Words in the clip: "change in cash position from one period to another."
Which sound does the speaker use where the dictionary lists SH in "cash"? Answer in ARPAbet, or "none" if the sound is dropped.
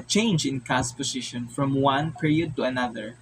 S